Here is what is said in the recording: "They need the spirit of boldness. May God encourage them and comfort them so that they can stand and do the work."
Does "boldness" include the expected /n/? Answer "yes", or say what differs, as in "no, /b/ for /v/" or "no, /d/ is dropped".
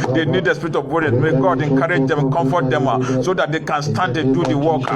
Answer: no, /n/ is dropped